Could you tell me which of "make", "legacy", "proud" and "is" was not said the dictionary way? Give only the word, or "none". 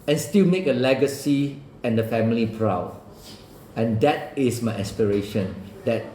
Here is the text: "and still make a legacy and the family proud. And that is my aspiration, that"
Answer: is